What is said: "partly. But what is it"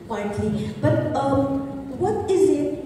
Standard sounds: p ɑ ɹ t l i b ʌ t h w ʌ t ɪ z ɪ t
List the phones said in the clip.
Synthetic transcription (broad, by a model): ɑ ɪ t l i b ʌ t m w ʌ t ɪ z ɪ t